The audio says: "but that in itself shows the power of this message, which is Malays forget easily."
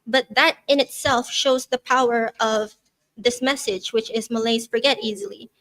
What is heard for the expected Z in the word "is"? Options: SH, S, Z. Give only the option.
Z